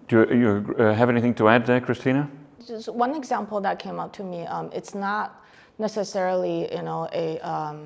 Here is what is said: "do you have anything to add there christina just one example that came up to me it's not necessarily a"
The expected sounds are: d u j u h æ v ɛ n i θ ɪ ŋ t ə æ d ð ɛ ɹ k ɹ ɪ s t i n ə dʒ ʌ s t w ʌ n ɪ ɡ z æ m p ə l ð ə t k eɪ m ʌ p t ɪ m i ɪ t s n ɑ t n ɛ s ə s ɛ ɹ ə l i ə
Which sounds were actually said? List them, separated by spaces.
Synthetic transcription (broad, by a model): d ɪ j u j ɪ v ɛ n i θ ɪ ŋ t ə æ d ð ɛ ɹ k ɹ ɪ s t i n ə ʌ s w ʌ n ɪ ɡ z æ m p l ð ə t k eɪ m ʌ p t ɪ m i ɪ t s n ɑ t n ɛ s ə s ɛ ɹ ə n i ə